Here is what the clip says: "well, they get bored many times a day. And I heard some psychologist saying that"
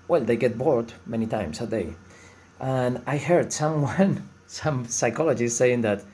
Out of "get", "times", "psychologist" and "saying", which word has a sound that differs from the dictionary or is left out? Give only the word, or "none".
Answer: times